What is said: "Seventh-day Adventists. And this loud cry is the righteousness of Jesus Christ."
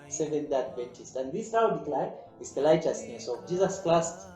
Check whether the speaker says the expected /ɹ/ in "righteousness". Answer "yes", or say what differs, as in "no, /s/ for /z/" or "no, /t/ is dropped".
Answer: no, /l/ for /ɹ/